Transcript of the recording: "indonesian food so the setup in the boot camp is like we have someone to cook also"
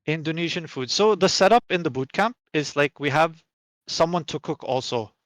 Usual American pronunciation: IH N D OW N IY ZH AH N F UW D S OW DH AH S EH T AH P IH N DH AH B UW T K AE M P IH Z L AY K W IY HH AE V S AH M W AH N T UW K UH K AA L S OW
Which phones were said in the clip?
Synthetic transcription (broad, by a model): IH N D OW N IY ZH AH N F UW D S OW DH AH S EH T AH P IH N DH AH B UW T K AE M P IH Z L AY K W IY HH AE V S AH M W AH N T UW K UH K AA L S OW